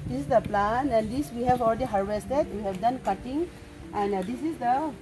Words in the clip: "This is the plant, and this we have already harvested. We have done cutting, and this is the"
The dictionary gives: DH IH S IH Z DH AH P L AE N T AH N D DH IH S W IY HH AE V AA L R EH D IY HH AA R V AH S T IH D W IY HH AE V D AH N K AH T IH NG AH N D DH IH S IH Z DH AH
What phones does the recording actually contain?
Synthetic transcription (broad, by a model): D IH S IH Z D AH P L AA N AH N D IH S W IY HH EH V AA L R EH D IY HH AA R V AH S T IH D W IY HH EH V D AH N K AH T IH NG AH N D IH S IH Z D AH